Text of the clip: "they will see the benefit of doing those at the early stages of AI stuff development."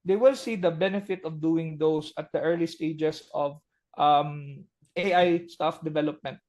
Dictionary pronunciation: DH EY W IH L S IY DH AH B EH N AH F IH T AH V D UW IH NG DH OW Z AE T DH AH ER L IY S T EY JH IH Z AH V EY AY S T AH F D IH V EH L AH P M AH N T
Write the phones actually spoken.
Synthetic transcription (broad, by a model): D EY W IH L S IY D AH B EH N AH F IH T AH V D UW IH NG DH OW S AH T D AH ER L IY S T EY JH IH S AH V EY AY S T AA F D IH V EH L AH P M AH N T